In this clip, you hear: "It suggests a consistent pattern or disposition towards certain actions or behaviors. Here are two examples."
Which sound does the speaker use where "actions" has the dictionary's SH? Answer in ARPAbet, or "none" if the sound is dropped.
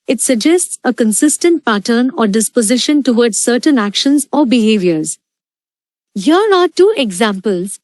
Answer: SH